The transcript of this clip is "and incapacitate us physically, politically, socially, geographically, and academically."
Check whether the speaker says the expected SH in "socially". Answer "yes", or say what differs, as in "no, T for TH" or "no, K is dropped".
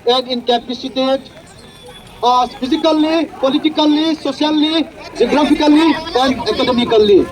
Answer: no, S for SH